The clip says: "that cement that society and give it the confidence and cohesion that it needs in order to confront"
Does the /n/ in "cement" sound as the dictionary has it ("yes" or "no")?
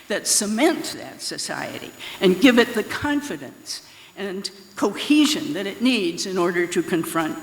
yes